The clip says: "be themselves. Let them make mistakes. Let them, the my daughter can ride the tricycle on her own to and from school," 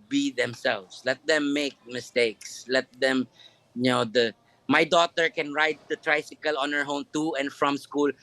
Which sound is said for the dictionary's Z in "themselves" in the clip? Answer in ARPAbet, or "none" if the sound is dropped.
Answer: S